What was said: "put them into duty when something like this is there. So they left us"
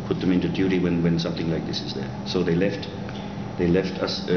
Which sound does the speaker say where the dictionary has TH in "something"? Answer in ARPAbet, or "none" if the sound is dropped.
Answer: TH